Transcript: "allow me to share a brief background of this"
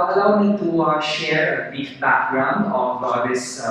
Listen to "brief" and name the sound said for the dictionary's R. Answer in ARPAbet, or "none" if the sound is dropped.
none